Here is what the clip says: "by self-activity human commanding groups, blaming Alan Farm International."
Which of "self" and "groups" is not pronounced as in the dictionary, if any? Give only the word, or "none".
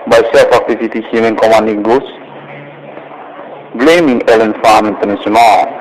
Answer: groups